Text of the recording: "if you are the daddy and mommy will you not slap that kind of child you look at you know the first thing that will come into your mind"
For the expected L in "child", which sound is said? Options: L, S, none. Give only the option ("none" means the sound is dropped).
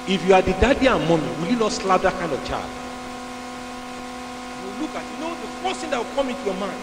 none